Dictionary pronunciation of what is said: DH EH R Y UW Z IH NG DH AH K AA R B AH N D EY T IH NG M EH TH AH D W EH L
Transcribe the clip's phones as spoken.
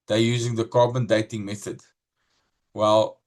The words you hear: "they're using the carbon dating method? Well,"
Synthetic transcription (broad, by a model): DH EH Y UW Z IH NG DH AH K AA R B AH N D EY T IH NG M EH TH AH D W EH L